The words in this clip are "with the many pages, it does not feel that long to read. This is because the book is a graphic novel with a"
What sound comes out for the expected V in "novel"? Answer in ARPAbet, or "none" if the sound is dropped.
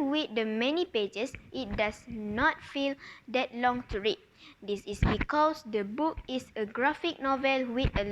V